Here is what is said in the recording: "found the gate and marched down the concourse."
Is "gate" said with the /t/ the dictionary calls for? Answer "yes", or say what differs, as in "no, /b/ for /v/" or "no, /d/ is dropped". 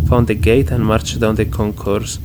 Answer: yes